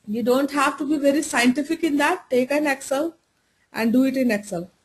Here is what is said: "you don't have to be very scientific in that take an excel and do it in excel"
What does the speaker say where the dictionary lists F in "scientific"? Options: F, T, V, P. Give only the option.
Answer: F